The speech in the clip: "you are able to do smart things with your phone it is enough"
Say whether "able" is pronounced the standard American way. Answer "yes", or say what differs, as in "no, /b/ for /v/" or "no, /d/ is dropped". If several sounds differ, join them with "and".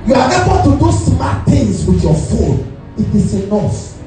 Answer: no, /n/ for /l/